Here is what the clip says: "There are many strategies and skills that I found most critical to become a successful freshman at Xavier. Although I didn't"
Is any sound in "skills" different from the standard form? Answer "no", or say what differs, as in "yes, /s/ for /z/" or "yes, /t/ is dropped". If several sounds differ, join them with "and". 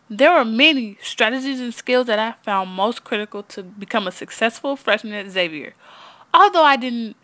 no